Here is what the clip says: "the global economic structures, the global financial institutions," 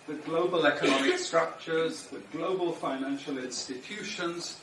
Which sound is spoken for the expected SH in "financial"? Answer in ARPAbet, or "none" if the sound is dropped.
SH